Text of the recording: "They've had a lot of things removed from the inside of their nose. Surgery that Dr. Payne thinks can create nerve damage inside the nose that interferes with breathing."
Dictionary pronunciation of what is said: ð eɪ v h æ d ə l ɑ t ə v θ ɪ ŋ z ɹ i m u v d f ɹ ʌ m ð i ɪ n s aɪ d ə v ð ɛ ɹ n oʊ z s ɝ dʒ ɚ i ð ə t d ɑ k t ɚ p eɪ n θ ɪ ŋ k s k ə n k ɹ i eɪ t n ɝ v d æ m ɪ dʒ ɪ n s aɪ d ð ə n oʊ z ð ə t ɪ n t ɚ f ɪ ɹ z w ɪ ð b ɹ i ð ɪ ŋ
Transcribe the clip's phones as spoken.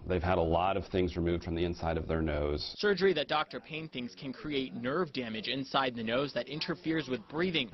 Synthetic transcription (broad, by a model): ð eɪ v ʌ d ə l ɑ t ə v θ ɪ ŋ z ɹ i m u v d f ɹ ʌ m ð i ɪ n s aɪ d ə v ð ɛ ɹ n oʊ z s ɝ dʒ ɚ i ð ə t d ɑ k t ɚ p eɪ n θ ɪ ŋ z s k ə n k ɹ i eɪ t n ɝ v d æ m ɪ dʒ ɪ n s aɪ d ð ə n oʊ z ð ə t ɪ n t ɚ f ɪ ɹ z w ɪ ð b ɹ i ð ɪ ŋ